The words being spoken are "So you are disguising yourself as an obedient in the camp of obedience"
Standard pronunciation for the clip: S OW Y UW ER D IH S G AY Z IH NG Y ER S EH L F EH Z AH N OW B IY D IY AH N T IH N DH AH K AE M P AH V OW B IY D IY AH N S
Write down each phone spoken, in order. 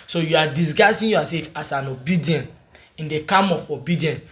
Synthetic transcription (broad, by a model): S OW Y UW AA D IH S G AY S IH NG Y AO S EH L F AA S AH N OW B IY D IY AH N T IH N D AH K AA M AH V OW B IY D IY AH N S